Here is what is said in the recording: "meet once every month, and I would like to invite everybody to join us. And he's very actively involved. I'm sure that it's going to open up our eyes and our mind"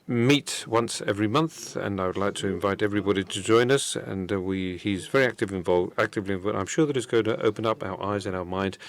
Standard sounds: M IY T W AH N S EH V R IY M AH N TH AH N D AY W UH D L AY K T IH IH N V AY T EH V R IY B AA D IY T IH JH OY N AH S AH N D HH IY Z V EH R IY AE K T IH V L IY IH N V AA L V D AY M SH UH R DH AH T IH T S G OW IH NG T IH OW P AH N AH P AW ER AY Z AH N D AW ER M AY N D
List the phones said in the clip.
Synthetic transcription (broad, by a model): M IY T W AH N S EH V R IY M AH N TH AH N AY W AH D L AY K T IH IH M V AY T EH V R IY B AA D IY T IH JH OY N AH S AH N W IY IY Z V EH R IY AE K T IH V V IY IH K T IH L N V AY M SH UH R DH AH T IH T S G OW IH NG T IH OW P AH N AH P AW ER AY Z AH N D AW ER M AY N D